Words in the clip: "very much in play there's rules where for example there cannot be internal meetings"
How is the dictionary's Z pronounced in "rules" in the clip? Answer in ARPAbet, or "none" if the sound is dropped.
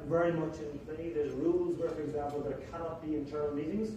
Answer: Z